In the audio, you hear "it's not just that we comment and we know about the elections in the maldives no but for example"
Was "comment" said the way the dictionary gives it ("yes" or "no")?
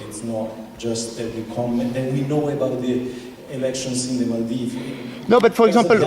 no